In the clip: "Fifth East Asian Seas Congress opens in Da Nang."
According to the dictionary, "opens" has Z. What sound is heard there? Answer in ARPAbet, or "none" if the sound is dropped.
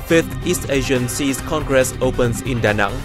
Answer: S